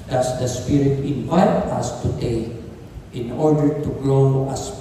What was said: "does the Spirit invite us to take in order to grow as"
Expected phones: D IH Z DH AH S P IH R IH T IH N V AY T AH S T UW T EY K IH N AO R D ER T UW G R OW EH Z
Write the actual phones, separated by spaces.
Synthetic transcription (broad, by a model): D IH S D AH S P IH R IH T IH N V AY T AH S T UW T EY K IH N AO R D ER T UW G L OW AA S